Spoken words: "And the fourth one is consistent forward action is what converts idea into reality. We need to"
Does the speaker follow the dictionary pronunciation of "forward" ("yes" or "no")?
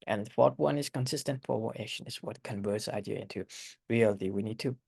no